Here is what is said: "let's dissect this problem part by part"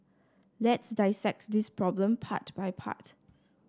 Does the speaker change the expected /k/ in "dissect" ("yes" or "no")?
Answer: no